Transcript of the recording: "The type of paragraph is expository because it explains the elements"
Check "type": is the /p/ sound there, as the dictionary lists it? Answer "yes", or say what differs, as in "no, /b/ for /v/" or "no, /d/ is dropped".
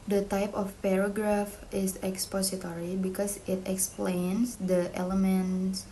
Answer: yes